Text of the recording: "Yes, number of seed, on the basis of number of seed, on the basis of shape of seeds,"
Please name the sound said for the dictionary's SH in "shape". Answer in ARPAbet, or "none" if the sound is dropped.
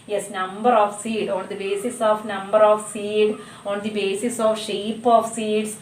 SH